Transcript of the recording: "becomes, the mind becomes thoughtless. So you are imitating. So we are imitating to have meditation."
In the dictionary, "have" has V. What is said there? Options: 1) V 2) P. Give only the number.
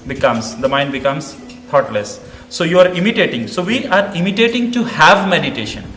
1